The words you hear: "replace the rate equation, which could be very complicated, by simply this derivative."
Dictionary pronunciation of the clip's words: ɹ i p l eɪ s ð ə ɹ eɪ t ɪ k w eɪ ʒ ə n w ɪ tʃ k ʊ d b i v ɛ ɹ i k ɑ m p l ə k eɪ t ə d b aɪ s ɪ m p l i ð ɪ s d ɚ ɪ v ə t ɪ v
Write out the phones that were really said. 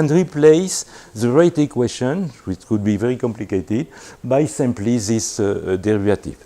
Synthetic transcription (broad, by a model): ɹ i p l eɪ s ð ə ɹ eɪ t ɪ k w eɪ ʃ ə n w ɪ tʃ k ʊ d b i v ɛ ɹ i k ɑ m p l ə k eɪ t ə d b aɪ s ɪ m p l i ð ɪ s d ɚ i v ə t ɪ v